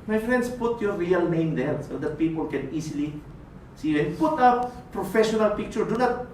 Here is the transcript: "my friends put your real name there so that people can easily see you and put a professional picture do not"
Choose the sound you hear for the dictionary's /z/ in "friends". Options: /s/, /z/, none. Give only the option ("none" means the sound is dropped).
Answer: /s/